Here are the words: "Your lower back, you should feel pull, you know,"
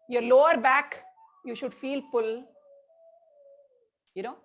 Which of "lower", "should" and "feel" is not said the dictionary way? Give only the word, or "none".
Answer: none